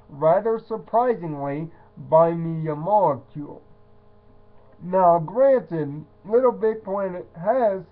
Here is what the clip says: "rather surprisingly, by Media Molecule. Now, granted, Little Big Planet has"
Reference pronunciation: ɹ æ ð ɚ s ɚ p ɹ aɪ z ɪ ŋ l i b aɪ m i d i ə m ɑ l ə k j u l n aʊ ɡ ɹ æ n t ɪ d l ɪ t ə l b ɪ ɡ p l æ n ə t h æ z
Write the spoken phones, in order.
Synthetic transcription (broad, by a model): ɹ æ ð ɚ s ɚ p ɹ aɪ z ɪ ŋ l i b aɪ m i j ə m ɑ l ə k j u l n aʊ ɡ ɹ æ n t ɪ d l ɪ t l b ɪ ɡ p ɔ ə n h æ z